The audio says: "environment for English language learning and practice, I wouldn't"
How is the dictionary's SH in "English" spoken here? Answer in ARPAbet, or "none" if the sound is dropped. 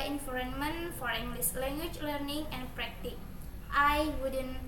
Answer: S